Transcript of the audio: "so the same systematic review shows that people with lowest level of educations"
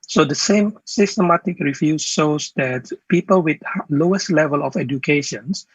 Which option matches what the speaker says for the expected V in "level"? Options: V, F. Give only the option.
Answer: V